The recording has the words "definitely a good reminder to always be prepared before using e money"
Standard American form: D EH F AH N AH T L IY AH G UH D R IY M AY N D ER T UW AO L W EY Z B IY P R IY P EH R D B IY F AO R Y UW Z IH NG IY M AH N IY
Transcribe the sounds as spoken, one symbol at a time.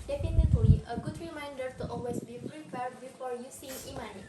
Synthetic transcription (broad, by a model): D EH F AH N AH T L IY AH G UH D R IY M AY N D ER T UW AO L W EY S B IY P R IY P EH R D B IY F AO R Y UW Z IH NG IY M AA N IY